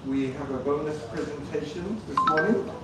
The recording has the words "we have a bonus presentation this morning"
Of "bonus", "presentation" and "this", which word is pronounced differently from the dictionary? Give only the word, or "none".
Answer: none